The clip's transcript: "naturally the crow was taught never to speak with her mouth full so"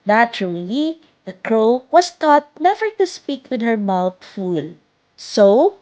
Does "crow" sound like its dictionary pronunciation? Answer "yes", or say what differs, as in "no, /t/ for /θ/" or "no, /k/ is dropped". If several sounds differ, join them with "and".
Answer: yes